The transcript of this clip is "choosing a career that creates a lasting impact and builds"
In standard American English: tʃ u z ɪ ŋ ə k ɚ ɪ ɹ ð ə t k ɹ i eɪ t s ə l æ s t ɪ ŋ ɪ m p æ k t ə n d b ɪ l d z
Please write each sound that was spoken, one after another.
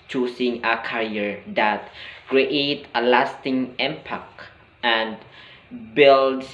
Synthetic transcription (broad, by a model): tʃ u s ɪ ŋ ə k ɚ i ɹ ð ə t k ɹ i eɪ t ə l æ s t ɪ ŋ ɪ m p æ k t ə n d b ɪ l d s